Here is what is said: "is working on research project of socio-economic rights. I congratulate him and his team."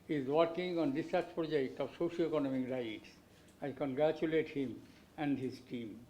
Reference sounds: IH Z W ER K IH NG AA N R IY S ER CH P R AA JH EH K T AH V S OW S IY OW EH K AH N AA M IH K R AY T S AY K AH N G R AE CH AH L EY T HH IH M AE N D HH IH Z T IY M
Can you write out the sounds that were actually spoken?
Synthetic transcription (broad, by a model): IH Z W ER K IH NG AA N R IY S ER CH P R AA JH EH K T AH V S OW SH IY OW EH K AH N AA M IH K R AY T S AY K AH N G R AE CH AH L EY T HH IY M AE N D HH IH Z T IY M